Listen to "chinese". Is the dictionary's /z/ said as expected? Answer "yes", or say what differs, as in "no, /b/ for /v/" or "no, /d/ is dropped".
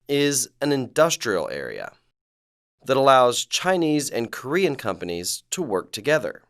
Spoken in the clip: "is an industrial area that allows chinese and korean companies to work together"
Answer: yes